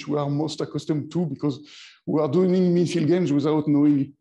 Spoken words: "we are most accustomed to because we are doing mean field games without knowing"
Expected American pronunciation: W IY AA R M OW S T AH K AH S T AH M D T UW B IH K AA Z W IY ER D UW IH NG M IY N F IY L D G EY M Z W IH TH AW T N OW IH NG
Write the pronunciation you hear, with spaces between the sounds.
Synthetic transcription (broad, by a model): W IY AA R M OW S T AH K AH S T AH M T UW B IH K AA Z W IY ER D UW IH NG M IY N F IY L G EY M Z W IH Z AW T N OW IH NG